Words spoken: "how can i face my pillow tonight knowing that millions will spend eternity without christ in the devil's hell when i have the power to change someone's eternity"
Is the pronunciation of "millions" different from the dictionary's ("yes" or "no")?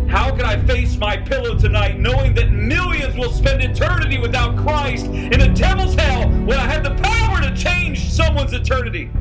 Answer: no